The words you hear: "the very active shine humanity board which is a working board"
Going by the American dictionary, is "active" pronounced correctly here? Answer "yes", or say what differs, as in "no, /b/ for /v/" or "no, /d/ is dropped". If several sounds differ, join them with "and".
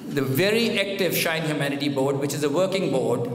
yes